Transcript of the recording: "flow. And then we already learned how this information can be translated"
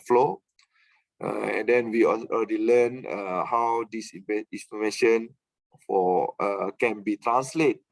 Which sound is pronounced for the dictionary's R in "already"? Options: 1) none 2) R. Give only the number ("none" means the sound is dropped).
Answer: 1